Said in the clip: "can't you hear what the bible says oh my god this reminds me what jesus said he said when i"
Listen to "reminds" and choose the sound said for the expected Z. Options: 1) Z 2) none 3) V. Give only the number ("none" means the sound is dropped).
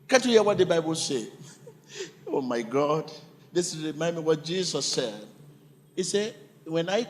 2